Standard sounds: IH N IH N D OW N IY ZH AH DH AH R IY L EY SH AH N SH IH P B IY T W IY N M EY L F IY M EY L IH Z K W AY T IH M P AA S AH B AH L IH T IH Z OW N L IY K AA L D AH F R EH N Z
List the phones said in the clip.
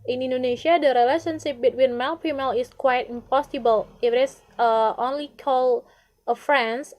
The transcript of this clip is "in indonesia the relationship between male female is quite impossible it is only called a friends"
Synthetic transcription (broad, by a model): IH N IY N D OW N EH SH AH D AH R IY L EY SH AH N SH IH P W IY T W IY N M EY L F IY M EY L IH S K W AY T IH M P AA S AH B AH L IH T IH S OW N L IY K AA L AH F R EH N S